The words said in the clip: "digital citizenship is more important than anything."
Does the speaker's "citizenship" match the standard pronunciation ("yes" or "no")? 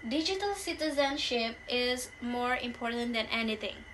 yes